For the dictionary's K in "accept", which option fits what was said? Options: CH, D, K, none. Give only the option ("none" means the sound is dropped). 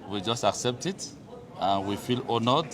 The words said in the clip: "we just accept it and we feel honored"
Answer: K